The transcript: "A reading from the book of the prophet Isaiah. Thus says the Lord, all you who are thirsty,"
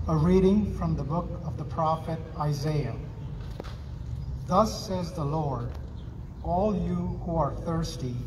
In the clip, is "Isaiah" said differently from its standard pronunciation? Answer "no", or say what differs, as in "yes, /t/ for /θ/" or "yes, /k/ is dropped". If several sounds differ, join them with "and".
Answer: no